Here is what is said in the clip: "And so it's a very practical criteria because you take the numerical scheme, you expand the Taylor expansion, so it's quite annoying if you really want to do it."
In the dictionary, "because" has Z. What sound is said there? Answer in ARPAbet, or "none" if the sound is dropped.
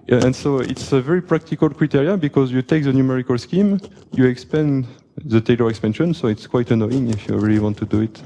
Z